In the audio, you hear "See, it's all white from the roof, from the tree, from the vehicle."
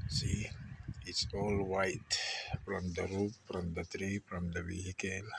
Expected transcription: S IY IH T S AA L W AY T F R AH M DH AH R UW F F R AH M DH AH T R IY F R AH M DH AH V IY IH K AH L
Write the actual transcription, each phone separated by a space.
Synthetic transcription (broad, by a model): S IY IH T S AA L W AY T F R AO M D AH R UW P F R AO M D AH T R IY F R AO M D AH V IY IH K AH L